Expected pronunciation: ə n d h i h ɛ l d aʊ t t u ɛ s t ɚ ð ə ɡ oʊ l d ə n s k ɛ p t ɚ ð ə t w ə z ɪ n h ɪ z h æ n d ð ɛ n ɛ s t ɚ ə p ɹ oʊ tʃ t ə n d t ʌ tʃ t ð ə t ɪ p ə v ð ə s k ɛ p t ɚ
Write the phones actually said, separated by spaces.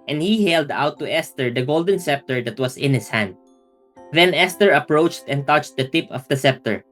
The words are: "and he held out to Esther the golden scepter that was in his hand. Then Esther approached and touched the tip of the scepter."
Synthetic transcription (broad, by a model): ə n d h i h ɛ l d aʊ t t u ɛ s t ɚ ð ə ɡ oʊ l d ə n s ɛ p t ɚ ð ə t w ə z ɪ n h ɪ s h æ n d ð ɛ n ɛ s t ɚ ə p ɹ oʊ tʃ t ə n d t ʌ tʃ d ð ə t ɪ p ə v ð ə s ɛ p t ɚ